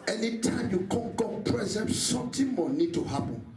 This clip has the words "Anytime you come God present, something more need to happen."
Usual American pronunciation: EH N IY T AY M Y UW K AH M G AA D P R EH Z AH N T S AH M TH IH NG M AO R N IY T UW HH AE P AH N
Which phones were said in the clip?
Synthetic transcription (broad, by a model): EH N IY T AY M Y UW K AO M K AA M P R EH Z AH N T S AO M T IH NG M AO N IY T UW HH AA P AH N